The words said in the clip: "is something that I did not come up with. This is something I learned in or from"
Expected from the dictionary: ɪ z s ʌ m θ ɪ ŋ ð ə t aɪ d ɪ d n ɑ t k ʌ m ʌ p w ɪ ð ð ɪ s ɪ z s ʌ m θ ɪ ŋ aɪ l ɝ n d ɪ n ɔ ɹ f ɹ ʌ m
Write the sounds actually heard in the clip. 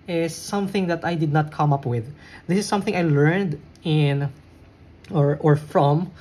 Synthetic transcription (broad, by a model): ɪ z s ʌ m θ ɪ ŋ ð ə t aɪ d ɪ d n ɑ t k ʌ m ʌ p w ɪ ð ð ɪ s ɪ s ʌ m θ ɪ ŋ aɪ l ɝ n d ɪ n ɔ ɹ f ɹ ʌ m